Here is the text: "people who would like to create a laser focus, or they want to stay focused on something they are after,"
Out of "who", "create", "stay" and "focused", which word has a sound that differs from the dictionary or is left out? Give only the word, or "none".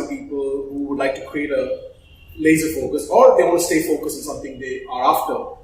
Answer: focused